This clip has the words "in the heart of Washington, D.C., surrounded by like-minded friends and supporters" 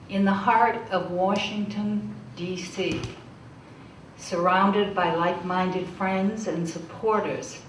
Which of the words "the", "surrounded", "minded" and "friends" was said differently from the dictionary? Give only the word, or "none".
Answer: none